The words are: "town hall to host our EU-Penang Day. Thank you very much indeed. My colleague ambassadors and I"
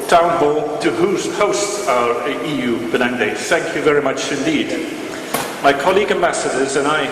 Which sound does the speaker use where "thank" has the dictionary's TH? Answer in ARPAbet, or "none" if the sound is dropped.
TH